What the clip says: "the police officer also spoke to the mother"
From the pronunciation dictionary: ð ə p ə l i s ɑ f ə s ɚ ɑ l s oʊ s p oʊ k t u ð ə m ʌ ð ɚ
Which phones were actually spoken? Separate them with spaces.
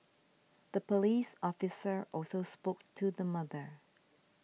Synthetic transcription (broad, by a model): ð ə p ə l i s ɑ f ə s ɚ ɑ l s oʊ s p oʊ k t u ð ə m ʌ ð ɚ